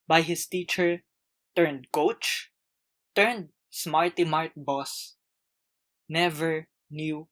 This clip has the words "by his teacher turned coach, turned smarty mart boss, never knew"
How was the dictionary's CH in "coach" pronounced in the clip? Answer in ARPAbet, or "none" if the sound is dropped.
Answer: CH